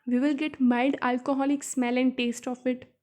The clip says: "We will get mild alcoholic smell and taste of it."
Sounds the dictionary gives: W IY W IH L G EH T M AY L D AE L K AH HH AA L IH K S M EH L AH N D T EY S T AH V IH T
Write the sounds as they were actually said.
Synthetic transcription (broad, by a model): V IY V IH L G EH T M AY D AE L K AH HH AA L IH K S M EH L AH N D T EY S T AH F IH T